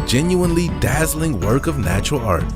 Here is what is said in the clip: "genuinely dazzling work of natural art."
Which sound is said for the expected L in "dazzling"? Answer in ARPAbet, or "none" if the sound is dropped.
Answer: L